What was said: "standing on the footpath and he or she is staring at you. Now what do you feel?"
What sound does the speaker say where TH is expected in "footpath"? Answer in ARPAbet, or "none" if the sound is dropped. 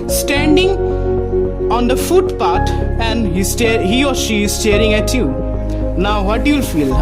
T